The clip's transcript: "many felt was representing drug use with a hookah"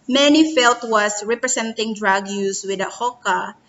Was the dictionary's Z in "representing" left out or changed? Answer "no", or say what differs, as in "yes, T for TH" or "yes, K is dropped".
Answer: yes, S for Z